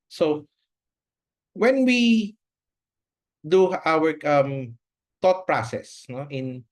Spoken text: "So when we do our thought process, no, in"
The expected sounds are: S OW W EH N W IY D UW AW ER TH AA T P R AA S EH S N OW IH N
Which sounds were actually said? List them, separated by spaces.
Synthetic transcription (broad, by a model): S OW W EH N W IY D UW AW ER T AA T P R AA S EH S N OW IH N